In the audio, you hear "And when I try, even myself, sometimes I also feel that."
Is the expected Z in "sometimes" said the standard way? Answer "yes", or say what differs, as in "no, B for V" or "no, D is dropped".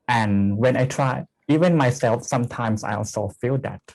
no, S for Z